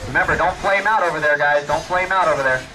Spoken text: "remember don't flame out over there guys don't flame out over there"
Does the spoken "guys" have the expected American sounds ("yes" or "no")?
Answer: yes